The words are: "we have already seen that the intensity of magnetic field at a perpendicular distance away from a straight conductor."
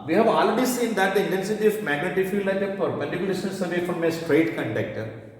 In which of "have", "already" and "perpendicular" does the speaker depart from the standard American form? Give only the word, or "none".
perpendicular